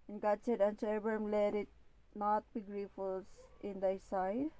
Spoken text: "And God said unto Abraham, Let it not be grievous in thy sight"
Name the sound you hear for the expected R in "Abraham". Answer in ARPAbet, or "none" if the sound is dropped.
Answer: none